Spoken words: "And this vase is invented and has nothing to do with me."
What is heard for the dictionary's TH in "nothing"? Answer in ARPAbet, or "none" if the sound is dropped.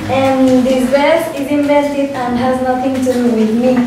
T